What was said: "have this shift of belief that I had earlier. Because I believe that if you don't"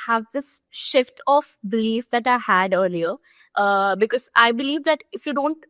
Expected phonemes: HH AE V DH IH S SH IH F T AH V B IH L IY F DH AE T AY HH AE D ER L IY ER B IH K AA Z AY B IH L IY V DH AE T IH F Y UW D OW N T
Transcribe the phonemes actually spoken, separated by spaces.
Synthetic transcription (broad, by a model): HH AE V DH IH S SH IH F T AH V B IH L IY F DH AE T AY HH AE D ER L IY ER B IH K AA Z AY B IH L IY V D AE T IH F Y UW D OW N T